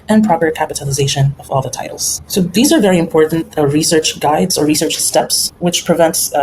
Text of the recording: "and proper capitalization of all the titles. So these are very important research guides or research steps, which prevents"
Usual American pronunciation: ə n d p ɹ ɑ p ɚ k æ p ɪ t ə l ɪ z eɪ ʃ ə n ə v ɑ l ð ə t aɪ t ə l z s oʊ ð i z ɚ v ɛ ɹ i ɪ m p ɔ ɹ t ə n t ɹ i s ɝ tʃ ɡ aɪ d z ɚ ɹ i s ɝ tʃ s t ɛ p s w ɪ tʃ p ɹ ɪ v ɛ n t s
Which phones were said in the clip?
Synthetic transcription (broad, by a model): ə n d p ɹ ɑ p ɚ k æ p ɪ t ə l ɪ z eɪ ʃ ə n ə v ɑ l ð ə t aɪ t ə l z s oʊ ð i z ɚ v ɛ ɹ i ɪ m p ɔ ɹ t n t ɹ i s ɝ tʃ ɡ aɪ d z ɚ ɹ i s ɝ tʃ s t ɛ p s w ɪ tʃ p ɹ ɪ v ɛ n t s